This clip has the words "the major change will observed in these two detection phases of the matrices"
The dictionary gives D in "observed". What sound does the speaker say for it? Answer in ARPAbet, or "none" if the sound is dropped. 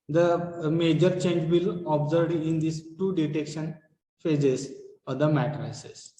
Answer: none